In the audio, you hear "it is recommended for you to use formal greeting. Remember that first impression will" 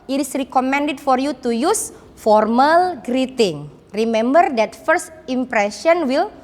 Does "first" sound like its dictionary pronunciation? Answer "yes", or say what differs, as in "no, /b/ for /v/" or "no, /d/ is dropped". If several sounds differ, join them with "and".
yes